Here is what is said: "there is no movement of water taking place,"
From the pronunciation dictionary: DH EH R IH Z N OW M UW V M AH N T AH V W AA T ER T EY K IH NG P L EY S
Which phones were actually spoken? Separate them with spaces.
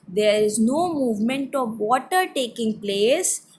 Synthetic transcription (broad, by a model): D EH R IH Z N OW M UW V M AH N T AH V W AA T ER T EY K IH NG P L EY S